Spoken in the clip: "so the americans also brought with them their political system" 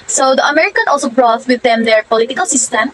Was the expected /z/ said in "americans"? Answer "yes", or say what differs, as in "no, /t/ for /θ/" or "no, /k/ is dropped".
no, /z/ is dropped